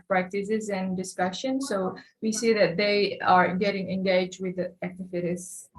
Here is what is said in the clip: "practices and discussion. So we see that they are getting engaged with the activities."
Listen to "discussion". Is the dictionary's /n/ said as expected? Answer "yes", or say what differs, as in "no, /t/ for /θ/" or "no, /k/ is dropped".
yes